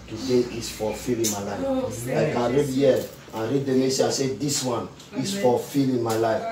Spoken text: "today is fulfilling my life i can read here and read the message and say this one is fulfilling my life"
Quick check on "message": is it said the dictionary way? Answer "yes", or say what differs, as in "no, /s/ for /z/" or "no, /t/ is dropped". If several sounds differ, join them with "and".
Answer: no, /dʒ/ is dropped